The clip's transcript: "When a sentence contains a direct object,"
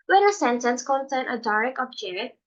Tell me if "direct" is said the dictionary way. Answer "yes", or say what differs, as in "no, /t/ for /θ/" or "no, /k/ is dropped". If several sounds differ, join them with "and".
no, /t/ is dropped